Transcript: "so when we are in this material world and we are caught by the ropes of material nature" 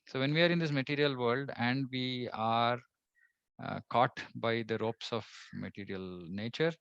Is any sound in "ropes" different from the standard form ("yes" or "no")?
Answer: no